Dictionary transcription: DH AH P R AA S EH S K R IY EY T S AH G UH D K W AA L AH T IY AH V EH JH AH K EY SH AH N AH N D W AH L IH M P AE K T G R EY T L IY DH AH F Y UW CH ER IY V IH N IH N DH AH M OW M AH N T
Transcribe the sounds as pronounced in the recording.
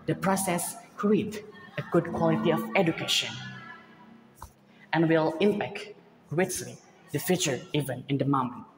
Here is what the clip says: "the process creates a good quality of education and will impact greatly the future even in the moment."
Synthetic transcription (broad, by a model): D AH P R AA S EH S K R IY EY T AH G UH D K W AA L AH T IY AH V EH JH AH K EY SH AH N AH N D W AH L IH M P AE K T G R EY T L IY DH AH F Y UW CH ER IY V IH N IH N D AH M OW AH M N